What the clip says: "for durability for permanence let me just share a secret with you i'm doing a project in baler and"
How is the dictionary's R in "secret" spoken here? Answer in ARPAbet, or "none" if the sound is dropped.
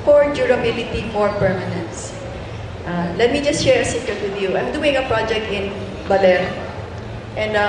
none